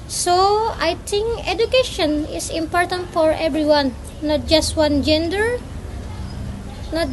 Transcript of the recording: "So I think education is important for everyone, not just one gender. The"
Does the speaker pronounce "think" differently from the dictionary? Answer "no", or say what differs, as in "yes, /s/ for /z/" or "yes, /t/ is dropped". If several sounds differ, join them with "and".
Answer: yes, /t/ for /θ/